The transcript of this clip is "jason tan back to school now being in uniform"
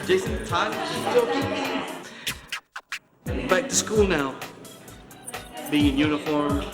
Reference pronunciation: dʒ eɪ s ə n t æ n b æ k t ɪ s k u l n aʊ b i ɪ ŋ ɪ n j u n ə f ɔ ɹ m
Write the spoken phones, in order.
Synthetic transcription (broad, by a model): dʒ eɪ s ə n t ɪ l b æ k t ɪ s k u l n aʊ b i ɪ ŋ ɪ n j u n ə f ɔ ɹ m